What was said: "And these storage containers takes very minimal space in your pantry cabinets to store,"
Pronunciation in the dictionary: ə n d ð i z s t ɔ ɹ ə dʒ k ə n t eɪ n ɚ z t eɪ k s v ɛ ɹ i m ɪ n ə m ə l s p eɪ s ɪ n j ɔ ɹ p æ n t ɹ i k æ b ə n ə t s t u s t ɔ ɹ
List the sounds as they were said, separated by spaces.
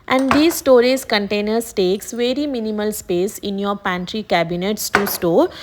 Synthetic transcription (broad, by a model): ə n d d i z s t ɔ ɹ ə z k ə n t eɪ n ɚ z t eɪ k s v ɛ ɹ i m ɪ n ə m ə l s p eɪ s ɪ n j ɔ ɹ p æ n t ɹ i k æ b ə n ə t s t u s t ɔ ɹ